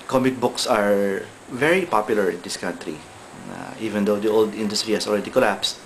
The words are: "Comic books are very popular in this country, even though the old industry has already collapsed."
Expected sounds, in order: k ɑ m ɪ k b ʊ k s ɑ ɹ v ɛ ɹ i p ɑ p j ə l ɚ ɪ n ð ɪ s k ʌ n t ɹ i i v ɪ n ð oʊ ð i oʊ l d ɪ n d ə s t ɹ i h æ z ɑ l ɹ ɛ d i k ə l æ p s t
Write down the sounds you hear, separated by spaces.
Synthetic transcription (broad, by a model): k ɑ m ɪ k b ʊ k s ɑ ɹ v ɛ ɹ i p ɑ p j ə l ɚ ɪ n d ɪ s k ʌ n t ɹ i i v ɪ n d oʊ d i oʊ l d ɪ n d ə s t ɹ i h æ s ɑ l ɹ ɛ d i k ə l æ p s t